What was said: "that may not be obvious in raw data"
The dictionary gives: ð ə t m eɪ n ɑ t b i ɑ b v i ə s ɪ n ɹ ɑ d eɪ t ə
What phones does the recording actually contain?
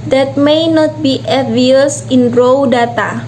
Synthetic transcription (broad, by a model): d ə t m eɪ n ɑ t b i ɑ v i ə s ɪ n ɹ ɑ d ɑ t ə